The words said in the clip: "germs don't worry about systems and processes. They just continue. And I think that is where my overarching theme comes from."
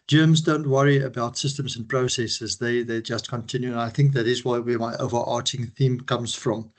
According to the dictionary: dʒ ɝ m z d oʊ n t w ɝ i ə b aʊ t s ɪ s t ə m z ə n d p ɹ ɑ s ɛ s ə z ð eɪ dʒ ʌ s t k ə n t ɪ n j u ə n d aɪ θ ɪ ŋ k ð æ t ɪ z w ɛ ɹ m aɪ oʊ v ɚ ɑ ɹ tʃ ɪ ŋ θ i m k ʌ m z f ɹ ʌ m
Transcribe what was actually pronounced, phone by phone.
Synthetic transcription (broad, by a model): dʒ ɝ m z d oʊ n t w ɝ i ə b aʊ t s ɪ s t ə m z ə n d p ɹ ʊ s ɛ s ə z ð eɪ dʒ ʌ s t k ə n t ɪ n j u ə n aɪ θ ɪ ŋ k ð æ t ɪ z w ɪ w m aɪ oʊ v ɚ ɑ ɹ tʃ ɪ ŋ θ i m k ʌ m z f ɹ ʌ m